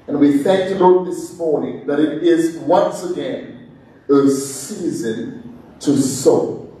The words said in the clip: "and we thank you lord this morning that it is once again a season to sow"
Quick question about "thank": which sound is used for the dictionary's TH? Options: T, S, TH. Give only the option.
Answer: TH